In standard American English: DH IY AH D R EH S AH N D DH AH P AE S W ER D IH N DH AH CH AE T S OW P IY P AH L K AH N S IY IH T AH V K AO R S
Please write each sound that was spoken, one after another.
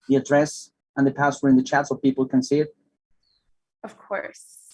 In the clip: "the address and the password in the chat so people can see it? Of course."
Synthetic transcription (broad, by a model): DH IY AH D R EH S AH N DH AH P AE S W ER IH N DH AH CH AE T S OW P IY P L K AH N S IY IH T AH V K AO R S